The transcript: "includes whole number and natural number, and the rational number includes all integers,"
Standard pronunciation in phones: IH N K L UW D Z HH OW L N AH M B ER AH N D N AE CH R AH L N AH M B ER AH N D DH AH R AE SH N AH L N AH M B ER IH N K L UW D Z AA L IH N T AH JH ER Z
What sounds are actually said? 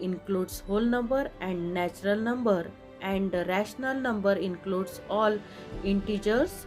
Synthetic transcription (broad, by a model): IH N K L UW D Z HH OW L N AH M B ER AH N D N AE CH R AH L N AH M B ER AH N D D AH R AE SH N AH L N AH M B ER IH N K L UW D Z AA L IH N T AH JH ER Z